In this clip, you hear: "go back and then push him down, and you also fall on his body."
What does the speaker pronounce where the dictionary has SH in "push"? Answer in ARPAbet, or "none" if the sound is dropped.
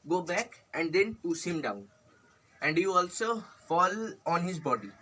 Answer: S